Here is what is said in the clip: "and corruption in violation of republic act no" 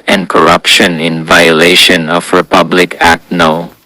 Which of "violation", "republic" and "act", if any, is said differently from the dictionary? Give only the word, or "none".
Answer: none